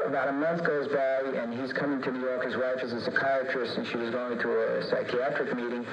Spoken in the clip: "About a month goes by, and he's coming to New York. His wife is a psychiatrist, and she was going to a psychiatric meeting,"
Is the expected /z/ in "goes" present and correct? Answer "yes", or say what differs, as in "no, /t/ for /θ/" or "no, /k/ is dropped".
yes